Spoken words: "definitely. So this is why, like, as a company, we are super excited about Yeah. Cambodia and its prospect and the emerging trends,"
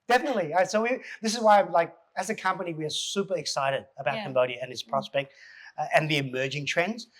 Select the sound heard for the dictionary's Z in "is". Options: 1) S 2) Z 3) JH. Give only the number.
2